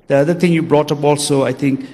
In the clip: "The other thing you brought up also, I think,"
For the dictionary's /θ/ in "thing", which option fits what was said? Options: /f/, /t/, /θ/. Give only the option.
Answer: /t/